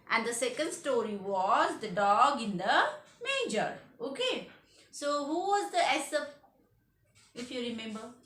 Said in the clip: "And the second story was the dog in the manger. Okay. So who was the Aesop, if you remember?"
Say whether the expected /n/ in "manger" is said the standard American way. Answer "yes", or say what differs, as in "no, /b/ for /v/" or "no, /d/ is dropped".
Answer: no, /n/ is dropped